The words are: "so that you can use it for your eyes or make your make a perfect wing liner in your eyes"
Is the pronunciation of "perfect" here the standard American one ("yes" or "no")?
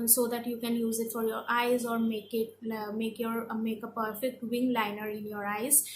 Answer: yes